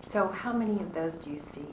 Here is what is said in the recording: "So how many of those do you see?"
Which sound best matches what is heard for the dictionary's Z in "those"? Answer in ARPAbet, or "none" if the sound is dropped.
Z